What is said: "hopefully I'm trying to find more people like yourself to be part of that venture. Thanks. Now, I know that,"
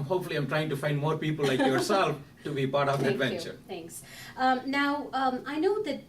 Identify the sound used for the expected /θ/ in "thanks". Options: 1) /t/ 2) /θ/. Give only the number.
1